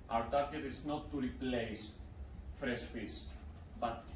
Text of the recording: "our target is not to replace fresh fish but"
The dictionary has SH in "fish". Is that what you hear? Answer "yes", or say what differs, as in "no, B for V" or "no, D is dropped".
no, S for SH